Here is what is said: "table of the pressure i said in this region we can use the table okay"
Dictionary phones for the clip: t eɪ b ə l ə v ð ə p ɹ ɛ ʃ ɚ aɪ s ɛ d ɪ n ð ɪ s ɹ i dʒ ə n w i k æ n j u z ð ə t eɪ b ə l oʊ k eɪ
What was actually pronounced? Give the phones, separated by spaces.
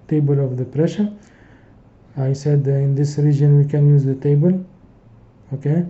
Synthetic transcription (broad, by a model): t eɪ b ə l ə v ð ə p ɹ ɛ ʃ ɚ aɪ s ɛ d ɪ n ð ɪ s ɹ i dʒ ə n w i k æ n j u z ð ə t eɪ b ə l oʊ k eɪ